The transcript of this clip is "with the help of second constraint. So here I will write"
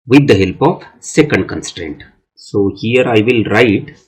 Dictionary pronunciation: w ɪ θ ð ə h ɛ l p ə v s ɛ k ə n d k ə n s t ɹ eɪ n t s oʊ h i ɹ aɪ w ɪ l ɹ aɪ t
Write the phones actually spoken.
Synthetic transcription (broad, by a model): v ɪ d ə h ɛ l p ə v s ɛ k ə n d k ə n s t ɹ eɪ n t s oʊ h i ɹ aɪ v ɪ l ɹ aɪ t